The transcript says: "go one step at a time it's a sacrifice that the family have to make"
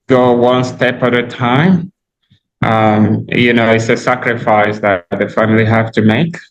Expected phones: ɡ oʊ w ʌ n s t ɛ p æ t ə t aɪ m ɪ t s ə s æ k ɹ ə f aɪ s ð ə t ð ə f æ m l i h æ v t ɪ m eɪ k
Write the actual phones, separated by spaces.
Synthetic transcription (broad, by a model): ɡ oʊ w ʌ n s t ɛ p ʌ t ə t aɪ m ɪ t s ə s æ k ɹ ə f aɪ s ð ə t ð ə f æ m l i h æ f t ɪ m eɪ k